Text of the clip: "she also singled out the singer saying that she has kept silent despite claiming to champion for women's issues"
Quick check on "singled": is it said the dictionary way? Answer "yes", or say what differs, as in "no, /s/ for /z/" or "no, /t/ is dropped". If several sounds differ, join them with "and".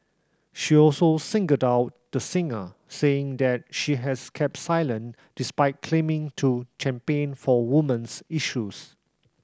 no, /l/ is dropped